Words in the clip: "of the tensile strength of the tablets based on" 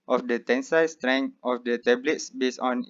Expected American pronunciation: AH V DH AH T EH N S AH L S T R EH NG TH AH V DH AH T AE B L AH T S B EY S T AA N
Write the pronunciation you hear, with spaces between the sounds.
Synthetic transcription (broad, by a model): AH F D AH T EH N S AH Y S T R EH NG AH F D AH T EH B L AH T S B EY S AA N